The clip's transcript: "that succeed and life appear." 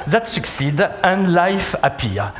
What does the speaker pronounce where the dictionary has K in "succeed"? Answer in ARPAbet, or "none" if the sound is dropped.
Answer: K